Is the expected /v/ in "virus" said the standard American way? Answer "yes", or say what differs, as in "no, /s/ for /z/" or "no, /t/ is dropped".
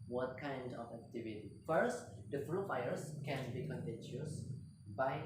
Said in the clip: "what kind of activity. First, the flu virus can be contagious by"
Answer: no, /f/ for /v/